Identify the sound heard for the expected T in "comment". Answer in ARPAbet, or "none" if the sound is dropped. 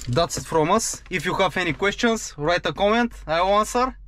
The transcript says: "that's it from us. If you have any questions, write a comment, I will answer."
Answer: T